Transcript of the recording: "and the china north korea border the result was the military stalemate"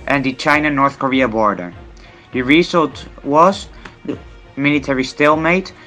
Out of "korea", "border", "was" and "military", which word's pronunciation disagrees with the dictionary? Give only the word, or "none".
none